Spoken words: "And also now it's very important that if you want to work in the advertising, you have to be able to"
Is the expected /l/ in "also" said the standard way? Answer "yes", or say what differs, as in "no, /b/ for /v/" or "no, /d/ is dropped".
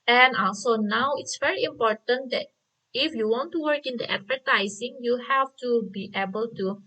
no, /l/ is dropped